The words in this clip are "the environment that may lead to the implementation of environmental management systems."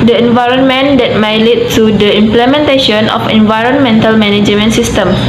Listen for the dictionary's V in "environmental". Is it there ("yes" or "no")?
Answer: yes